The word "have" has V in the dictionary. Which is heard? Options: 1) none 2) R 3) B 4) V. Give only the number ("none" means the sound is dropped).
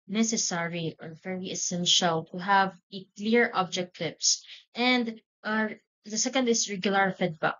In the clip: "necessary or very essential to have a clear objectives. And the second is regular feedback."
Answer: 4